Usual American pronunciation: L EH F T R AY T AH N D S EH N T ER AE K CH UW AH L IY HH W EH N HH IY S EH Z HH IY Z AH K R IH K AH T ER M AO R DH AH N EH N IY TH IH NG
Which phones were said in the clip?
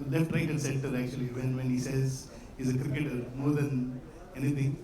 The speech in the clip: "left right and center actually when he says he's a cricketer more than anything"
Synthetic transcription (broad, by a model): L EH F T R AY T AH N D S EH L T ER AE K CH UW AH L IY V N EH N HH IY S EH Z HH IY Z AH K R IH K AH T ER M AO R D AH N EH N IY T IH NG